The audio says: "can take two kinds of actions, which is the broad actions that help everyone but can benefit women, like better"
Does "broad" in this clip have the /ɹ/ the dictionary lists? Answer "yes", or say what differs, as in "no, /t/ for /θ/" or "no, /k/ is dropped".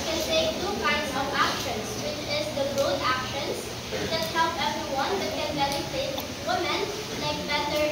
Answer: no, /ɹ/ is dropped